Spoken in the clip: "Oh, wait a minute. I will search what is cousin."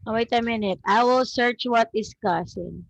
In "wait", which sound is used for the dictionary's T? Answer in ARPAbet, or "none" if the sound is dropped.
T